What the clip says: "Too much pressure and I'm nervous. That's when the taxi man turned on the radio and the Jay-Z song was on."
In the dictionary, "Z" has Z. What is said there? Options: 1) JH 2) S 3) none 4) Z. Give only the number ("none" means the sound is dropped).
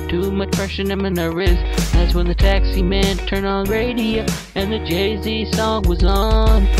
4